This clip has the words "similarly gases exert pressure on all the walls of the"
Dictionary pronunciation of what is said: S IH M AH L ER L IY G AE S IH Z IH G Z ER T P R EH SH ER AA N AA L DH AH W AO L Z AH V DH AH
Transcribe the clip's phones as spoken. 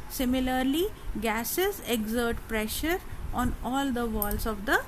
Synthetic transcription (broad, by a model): S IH M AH L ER L IY G AE S IH Z IH G Z ER T P R EH SH ER AA N AA L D AH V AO L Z AH V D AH